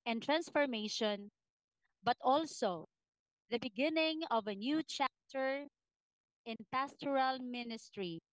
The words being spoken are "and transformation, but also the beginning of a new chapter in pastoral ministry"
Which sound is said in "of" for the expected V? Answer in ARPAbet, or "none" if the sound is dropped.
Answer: V